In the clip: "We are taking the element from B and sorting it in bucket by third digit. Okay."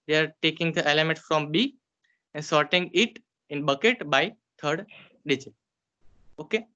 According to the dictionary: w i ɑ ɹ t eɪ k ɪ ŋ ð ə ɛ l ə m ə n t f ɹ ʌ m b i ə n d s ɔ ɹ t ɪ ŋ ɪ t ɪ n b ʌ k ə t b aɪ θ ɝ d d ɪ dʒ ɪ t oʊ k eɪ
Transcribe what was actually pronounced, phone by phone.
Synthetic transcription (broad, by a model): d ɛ ɑ ɹ t eɪ k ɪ ŋ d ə ɛ l ə m ə n t f ɹ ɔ m b i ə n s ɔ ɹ t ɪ ŋ ɪ t ɪ n b ʌ k ə t b aɪ t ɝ d d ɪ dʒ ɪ oʊ k eɪ